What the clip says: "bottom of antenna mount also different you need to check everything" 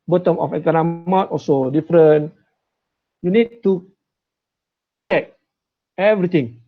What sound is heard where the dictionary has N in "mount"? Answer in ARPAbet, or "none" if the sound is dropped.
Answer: none